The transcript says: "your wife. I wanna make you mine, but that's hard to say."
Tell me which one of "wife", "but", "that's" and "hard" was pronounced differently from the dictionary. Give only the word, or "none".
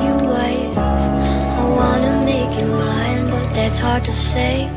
wife